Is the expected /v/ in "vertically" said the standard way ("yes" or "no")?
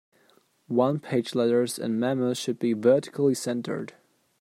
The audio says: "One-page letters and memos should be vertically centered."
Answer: yes